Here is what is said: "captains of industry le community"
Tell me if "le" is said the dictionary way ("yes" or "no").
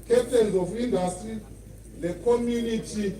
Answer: no